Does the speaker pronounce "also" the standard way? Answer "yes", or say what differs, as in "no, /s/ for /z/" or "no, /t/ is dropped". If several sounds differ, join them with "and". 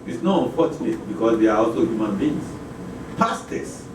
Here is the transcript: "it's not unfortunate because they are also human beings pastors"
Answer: yes